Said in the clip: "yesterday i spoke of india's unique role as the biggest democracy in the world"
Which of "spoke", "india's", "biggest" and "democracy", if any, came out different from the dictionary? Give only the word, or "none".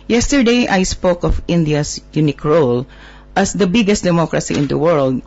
india's